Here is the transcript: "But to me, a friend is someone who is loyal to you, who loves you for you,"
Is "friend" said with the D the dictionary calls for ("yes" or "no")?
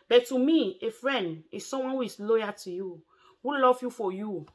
yes